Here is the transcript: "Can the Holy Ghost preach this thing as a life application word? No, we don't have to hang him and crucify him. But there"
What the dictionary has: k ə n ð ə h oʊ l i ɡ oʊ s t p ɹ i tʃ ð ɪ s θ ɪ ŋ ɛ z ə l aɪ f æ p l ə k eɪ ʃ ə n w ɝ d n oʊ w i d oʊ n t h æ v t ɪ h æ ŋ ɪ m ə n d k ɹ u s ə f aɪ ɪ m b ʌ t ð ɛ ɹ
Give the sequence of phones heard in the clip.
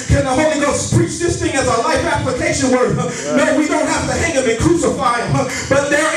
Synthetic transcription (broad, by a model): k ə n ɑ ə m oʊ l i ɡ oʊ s p ɹ i tʃ ð ɪ s θ ɪ ŋ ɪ z ə l aɪ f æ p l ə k eɪ ʃ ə n w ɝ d n oʊ w i d oʊ n t h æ f t ɪ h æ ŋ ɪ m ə k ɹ u s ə f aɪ ɪ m b ʌ t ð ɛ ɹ